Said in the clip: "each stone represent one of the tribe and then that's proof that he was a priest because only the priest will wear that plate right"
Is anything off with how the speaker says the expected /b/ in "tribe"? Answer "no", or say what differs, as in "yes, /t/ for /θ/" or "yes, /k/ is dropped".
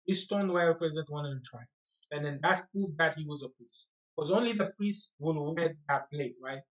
yes, /b/ is dropped